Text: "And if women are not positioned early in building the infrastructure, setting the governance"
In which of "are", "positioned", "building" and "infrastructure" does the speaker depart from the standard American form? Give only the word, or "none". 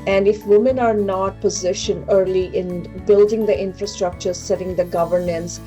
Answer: positioned